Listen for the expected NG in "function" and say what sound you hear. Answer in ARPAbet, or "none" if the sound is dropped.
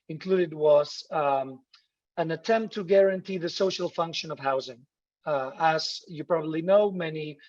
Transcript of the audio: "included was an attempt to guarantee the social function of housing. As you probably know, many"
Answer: NG